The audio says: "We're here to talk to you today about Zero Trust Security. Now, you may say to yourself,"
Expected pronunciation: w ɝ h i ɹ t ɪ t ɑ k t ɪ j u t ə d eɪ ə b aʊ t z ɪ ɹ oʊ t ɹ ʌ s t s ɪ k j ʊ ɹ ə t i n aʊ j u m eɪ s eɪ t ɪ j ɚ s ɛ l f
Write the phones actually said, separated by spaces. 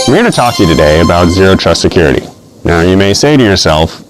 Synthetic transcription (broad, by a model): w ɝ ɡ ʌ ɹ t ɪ t ɑ k t ɪ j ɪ t ə d eɪ ə b aʊ t z ɪ ɹ oʊ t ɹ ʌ s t s ɪ k j ʊ ɹ ə t i n aʊ j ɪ m eɪ s eɪ t ɪ j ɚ s ɛ l f